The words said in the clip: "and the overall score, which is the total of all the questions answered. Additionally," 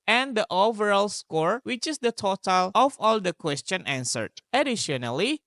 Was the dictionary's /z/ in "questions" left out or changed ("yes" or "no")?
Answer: yes